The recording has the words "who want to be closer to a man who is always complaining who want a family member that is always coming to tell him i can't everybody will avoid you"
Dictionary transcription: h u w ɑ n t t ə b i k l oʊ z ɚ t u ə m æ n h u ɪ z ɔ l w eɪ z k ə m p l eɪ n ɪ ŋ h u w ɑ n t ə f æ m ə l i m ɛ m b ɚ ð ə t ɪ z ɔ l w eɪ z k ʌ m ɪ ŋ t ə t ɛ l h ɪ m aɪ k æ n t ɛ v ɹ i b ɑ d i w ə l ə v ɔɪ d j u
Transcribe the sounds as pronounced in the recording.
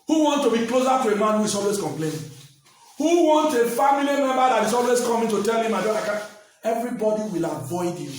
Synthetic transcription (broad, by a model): h u w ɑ n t t ə b i k l oʊ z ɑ t u ə m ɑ n h u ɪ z ɔ l w eɪ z k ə m p l eɪ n h u w ɑ n t ə f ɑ m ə l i m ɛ m b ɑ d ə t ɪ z ɔ l w eɪ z k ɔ m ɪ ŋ t ə t ɛ l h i m aɪ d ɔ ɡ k ɛ v ɹ i b ɑ d i w ə l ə v ɔɪ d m